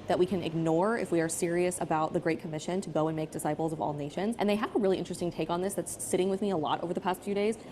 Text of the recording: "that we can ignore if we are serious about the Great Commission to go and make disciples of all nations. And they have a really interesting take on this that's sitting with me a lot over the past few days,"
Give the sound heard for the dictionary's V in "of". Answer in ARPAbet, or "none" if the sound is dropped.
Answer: V